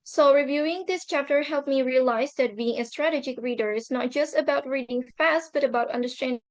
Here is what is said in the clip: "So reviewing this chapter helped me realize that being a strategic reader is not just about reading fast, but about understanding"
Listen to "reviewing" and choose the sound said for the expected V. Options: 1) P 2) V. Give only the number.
2